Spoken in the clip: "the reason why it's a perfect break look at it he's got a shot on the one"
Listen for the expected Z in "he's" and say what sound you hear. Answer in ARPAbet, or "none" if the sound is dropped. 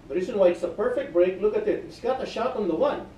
S